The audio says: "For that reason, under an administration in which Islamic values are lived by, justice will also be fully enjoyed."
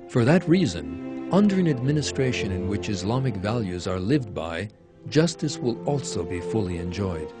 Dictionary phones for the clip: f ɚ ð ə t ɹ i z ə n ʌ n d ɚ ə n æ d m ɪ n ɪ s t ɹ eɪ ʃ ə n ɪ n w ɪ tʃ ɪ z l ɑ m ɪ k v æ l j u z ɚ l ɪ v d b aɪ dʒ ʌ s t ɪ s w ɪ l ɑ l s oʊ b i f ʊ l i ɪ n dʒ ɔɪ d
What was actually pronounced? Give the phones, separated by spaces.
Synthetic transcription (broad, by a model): f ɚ ð ə t ɹ i z ə n ʌ n d ɚ ə n æ d m ɪ n ɪ s t ɹ eɪ ʃ ə n ɪ n w ɪ tʃ ɪ z l ɑ m ɪ k v æ l j u z ɚ l ɪ v d b aɪ dʒ ʌ s t ɪ s w ɪ l ɑ l s oʊ b i f ʊ l i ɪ n dʒ ɔɪ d